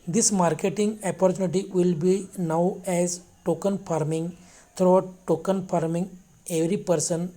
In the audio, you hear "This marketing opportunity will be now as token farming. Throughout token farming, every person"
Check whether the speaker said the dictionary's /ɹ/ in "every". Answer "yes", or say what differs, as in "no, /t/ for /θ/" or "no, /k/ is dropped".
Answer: yes